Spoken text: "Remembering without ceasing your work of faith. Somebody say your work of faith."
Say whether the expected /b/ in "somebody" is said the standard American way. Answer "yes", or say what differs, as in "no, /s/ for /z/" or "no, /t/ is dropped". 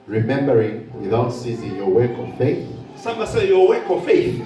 no, /b/ is dropped